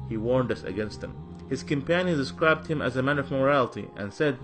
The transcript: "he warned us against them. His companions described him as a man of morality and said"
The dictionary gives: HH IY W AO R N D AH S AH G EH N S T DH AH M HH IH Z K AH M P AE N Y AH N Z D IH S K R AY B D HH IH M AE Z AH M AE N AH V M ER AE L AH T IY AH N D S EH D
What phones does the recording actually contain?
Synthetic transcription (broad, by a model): HH IY W AO R N D AH S AH G EH N S T DH AH M HH IH Z K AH M P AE N Y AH N D IH S K R AY B D HH IH M AE Z AH M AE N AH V M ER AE L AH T IY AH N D S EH D